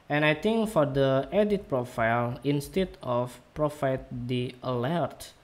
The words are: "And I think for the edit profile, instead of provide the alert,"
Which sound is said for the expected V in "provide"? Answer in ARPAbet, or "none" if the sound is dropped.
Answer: F